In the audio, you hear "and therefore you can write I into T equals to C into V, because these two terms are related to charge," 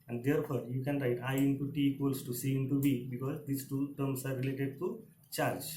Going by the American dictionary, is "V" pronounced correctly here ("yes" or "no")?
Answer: no